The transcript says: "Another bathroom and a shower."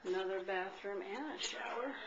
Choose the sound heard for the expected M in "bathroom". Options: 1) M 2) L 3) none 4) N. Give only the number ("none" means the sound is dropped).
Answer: 1